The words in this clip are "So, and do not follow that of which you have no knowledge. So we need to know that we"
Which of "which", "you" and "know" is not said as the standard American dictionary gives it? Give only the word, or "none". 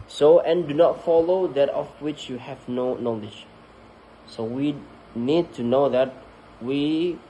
none